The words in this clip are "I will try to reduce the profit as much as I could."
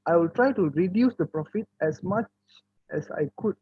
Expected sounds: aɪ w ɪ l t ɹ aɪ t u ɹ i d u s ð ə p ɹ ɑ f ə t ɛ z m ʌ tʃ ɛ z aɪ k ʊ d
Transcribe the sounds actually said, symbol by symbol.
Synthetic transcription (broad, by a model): aɪ w ɪ l t ɹ aɪ t u ɹ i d u s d ə p ɹ ɑ f ə t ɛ s m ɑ tʃ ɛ s aɪ k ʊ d